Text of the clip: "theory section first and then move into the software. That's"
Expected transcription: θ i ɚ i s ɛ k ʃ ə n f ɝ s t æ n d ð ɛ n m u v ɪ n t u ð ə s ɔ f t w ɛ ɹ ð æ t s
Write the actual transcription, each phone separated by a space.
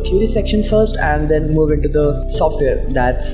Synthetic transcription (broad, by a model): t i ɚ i s ɛ k ʃ ə n f ɝ s t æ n d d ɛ n m u v ɪ n t u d ə s ɔ f t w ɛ ɹ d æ t s